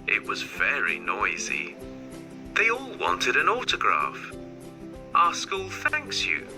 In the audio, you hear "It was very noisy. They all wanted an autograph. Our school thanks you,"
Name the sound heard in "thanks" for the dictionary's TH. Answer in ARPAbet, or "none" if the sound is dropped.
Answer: TH